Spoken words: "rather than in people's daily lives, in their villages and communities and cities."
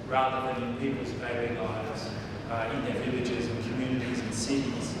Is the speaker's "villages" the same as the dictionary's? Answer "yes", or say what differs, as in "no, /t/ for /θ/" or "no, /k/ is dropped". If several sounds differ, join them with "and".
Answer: yes